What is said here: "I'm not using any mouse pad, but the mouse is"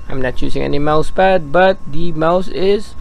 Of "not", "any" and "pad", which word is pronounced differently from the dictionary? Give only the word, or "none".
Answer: pad